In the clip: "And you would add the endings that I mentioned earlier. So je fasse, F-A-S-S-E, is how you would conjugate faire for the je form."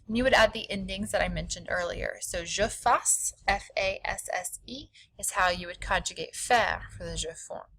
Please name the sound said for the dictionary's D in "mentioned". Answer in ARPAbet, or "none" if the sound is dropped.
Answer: D